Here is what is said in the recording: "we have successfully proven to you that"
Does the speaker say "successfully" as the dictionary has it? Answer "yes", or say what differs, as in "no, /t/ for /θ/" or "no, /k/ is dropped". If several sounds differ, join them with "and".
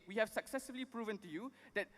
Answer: no, /f/ is dropped